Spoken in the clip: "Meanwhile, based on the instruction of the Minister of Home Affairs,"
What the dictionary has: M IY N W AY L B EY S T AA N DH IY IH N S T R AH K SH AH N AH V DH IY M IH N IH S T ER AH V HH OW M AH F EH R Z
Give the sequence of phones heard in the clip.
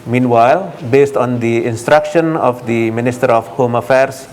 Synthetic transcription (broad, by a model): M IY N W AY L B EY S T AA N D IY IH N S T R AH K SH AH N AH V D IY M IH N IH S T ER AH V HH OW M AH F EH R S